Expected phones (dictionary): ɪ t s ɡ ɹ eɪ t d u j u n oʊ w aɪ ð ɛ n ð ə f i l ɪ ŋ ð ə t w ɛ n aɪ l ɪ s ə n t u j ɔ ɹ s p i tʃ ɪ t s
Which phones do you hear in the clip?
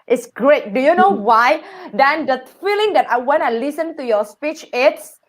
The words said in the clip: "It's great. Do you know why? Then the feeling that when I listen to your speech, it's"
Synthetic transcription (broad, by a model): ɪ t s ɡ ɹ eɪ t d u j u n oʊ w aɪ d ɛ n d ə f i l ɪ ŋ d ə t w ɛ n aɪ l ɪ s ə n t u j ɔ s p i tʃ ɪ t s